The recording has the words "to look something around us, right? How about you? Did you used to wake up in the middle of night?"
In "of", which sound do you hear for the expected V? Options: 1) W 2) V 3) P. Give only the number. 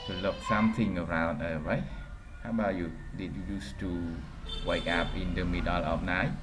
3